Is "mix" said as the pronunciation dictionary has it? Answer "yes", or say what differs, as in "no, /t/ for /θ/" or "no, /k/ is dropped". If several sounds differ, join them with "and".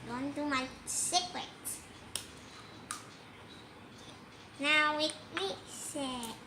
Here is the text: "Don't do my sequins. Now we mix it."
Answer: no, /k/ is dropped